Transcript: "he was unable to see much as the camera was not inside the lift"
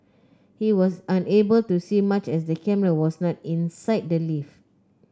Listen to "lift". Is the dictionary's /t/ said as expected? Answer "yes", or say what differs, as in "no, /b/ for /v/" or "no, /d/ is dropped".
no, /t/ is dropped